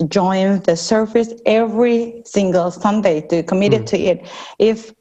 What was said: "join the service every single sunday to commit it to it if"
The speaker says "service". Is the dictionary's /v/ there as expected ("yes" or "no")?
no